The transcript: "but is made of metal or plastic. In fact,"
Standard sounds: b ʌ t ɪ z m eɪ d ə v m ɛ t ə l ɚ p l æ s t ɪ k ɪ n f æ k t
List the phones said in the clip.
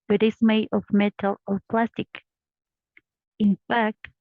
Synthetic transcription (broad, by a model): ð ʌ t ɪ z m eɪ ə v m ɛ t ə l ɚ p l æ s t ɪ k ɪ n f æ k t